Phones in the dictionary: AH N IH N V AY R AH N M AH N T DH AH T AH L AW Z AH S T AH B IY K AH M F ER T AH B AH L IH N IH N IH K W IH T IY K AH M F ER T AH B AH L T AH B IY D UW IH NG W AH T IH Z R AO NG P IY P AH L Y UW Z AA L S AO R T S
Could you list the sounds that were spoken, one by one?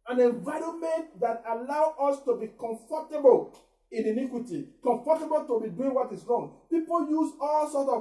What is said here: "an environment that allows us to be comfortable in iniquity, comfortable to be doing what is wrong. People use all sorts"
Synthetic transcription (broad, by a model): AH N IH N V AY R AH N M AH N T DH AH T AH L AW AO S T AH B IY K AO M F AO T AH B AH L IH N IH N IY K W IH T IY K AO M F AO T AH B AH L T AH B IY D UW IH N W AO T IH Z R AO NG P IY P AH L Y UW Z AA L S AO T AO